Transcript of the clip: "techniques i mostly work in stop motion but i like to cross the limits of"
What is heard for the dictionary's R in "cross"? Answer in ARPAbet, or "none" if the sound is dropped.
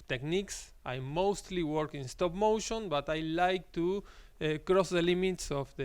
R